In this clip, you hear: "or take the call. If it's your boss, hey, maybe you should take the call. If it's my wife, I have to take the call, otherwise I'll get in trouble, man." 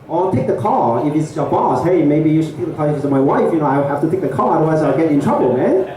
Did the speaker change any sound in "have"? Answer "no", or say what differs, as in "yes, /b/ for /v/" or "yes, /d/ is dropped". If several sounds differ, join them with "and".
yes, /f/ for /v/